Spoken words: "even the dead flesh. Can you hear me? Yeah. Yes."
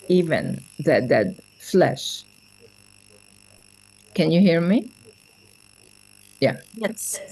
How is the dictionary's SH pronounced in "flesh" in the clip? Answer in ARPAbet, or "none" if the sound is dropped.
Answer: SH